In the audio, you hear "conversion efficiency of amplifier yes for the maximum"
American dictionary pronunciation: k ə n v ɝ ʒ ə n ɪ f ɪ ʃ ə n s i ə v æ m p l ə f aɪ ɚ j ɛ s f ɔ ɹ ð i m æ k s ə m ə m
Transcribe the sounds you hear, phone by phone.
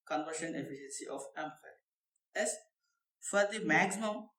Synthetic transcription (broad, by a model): k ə n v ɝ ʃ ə n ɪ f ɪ ʃ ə n s i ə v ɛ m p ə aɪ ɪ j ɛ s f ɔ ɹ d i m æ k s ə m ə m